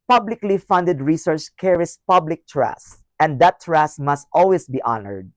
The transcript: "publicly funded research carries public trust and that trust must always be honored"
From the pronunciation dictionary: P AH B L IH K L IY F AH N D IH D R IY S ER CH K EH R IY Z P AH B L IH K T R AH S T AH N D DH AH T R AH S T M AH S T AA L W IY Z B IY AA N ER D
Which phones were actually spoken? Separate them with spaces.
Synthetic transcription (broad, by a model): P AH B L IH K L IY F AH N D IH D R IY S ER CH K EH R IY S P AH B L IH K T R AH S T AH N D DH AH T R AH S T M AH S T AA L W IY S B IY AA N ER D